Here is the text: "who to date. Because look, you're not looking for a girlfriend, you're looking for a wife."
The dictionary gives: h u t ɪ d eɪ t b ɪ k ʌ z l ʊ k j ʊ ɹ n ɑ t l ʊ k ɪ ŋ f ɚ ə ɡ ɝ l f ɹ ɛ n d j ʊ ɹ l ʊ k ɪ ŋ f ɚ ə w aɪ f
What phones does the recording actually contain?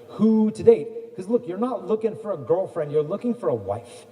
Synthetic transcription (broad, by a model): h u t ɪ d eɪ t k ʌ z l ʊ k j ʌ ɹ n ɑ t l ʊ k ɪ ŋ f ɚ ə ɡ ɝ l f ɹ ɛ n d j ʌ ɹ l ʊ k ɪ ŋ f ɚ ə w aɪ f